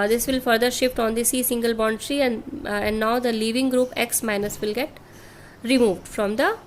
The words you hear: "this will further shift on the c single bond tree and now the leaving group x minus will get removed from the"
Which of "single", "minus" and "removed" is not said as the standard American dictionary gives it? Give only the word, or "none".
none